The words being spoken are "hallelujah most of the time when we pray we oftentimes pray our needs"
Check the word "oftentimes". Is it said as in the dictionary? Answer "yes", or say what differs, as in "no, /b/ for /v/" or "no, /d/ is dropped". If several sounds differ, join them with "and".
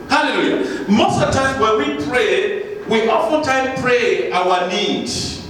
no, /n/ is dropped and /z/ is dropped